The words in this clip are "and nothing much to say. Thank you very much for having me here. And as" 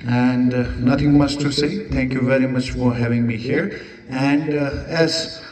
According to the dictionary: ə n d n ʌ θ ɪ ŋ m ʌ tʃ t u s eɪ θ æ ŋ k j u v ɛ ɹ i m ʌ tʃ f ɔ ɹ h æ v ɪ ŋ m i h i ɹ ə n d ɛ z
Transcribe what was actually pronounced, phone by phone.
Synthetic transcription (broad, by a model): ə n d n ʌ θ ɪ ŋ m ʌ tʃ t u s eɪ t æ ŋ k j u v ɛ ɹ i m ʌ tʃ f ɔ ɹ h æ v ɪ ŋ m i h i ɹ ə n d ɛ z